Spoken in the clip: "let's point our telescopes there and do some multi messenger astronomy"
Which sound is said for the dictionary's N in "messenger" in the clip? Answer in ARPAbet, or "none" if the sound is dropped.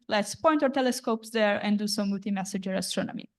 none